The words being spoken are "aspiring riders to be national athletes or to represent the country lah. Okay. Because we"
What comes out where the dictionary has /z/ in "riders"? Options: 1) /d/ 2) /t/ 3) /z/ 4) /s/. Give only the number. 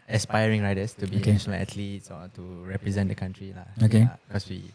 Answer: 4